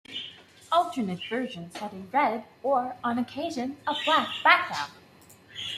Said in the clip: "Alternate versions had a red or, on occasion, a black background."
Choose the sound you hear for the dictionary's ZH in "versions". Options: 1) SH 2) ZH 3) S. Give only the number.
2